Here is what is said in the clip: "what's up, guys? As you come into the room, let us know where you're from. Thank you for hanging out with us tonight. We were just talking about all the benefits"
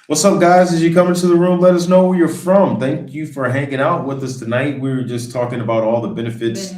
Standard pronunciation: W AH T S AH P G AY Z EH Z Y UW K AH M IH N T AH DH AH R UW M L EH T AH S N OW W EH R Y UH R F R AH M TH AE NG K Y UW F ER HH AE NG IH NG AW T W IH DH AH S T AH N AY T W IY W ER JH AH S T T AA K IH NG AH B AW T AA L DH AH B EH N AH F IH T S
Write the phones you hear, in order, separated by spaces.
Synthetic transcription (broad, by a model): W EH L S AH G AY Z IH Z Y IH K AH M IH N T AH DH AH R UW M L EH T AH S N OW W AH R Y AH R F R AH M TH AE NG K Y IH F ER HH AE NG IH NG AW T W IH DH AH S T AH N AY T W IY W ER JH AH S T T AA K IH NG AH B AW T AA L DH AH B EH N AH F IH T S